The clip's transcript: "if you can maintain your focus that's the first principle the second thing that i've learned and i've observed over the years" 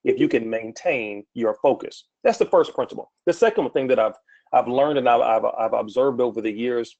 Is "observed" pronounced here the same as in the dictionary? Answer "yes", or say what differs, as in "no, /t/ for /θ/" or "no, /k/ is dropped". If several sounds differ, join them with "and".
yes